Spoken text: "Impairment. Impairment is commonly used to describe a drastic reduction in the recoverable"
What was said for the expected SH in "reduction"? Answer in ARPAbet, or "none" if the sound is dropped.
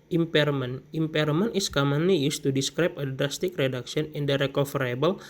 S